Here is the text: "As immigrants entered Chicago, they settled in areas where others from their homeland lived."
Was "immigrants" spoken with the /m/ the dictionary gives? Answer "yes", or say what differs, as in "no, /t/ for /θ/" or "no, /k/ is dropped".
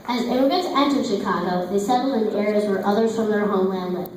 no, /m/ is dropped